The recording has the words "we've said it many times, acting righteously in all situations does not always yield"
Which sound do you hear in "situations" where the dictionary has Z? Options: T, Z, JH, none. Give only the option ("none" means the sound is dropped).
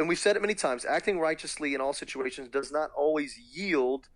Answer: Z